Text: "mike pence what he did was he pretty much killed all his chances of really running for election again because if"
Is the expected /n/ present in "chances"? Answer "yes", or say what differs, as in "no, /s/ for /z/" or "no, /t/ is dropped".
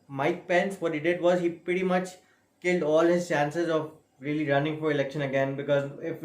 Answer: yes